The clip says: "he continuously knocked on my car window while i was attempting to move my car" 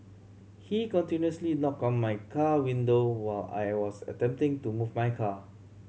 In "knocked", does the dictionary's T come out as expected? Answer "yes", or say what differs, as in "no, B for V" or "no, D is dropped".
no, T is dropped